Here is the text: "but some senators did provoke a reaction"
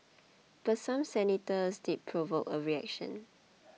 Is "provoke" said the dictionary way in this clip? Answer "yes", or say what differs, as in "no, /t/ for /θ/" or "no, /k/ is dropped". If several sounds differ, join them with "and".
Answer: yes